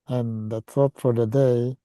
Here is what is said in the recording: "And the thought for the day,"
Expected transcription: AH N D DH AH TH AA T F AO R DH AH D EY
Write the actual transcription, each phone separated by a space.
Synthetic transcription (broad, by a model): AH N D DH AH S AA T F AO R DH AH D EY